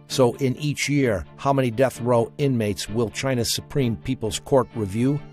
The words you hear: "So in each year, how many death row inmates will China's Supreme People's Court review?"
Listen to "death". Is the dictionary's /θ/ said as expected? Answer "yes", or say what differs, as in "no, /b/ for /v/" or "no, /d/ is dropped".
yes